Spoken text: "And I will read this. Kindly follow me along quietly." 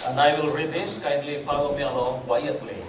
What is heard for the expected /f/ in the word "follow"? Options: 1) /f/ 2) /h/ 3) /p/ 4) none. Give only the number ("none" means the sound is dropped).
3